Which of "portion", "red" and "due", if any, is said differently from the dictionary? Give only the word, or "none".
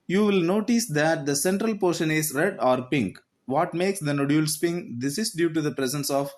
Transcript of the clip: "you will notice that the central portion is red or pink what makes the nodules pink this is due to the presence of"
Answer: none